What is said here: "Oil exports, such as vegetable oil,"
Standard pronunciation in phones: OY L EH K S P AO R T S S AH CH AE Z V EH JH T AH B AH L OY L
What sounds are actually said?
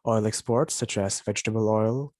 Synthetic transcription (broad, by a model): OY L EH K S P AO R T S S AH CH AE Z V EH JH T AH B AH L OY L